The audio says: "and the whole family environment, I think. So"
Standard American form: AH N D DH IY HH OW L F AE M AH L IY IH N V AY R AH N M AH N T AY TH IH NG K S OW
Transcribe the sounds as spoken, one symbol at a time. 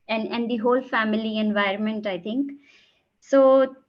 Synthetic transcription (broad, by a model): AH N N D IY HH OW L F AE M AH L IY IH N V AY R AH N M AH N T AY T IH NG K S OW